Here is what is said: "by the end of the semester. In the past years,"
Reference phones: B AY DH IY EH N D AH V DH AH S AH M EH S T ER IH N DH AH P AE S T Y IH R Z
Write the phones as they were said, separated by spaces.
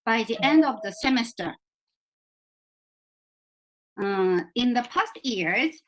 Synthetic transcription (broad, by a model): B AY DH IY EH N D AH V DH AH S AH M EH S T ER IH N DH AH P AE S T Y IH R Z